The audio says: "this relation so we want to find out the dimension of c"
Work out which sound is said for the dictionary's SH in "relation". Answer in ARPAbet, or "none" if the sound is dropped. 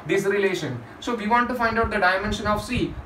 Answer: SH